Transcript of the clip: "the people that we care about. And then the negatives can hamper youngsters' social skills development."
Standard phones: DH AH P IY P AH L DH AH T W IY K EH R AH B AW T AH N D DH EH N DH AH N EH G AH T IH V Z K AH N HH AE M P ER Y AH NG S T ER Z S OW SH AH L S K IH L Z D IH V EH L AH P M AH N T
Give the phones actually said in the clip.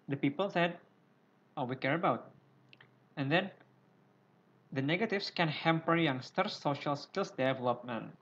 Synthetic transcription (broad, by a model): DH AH P IY P AH L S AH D W IY K EH R AH B AW T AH N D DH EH N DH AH N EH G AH T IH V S K AH N HH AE M P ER Y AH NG S T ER S OW SH AH L S K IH L S D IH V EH L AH P M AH N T